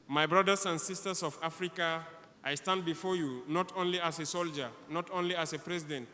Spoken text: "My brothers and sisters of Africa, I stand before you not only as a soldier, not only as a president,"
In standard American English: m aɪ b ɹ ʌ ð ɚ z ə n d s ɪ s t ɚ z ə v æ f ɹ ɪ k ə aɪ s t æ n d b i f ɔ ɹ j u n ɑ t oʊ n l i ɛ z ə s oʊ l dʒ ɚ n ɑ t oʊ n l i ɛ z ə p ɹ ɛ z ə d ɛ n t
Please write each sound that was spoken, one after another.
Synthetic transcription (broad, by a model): m aɪ b ɹ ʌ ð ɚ s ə n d s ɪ s t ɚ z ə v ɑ f ɹ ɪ k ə aɪ s t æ n d b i f ɔ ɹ j u n ɑ t oʊ n l i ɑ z ə s oʊ l dʒ ɚ n ɑ t oʊ n l i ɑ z ə p ɹ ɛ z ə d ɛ n t